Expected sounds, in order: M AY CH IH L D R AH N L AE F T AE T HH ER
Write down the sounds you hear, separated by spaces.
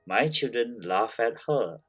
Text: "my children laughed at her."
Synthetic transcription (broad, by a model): M AY CH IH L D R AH N L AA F AE T HH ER